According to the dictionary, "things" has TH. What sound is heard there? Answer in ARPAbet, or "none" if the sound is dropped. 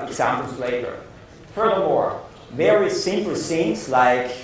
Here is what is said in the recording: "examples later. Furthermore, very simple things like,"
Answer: S